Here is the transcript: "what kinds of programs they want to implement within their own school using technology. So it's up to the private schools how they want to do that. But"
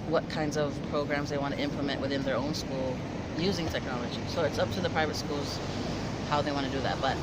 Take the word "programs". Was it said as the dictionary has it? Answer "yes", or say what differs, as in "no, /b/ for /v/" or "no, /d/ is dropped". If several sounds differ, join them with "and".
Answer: yes